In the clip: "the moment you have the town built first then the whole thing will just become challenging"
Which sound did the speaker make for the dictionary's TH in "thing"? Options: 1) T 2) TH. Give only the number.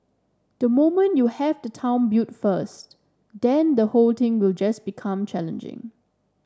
1